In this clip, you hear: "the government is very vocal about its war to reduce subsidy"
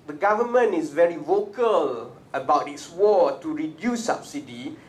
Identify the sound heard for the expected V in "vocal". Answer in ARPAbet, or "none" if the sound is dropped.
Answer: V